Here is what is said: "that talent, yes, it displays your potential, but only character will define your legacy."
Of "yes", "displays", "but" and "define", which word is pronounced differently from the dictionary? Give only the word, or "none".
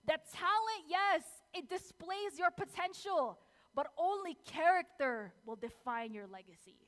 none